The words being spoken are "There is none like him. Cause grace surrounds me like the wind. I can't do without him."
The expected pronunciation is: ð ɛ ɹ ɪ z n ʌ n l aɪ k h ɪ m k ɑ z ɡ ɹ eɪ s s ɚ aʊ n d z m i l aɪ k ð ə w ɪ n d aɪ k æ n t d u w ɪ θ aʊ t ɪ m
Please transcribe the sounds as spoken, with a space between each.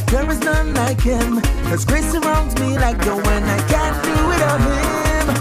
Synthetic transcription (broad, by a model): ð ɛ ɹ ɪ z n ʌ n l aɪ k h ɪ m k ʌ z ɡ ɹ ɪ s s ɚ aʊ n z m i l aɪ k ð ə w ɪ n aɪ k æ n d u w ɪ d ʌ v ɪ m